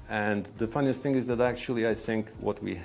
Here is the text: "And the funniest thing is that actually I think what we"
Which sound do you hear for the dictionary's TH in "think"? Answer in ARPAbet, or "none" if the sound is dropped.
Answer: TH